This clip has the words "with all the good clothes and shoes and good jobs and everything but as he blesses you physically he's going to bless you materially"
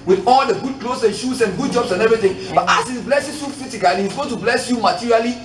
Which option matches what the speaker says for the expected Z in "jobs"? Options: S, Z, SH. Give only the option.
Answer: S